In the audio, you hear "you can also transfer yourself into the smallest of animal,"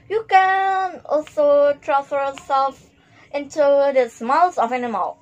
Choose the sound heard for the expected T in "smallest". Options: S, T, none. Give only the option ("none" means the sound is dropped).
none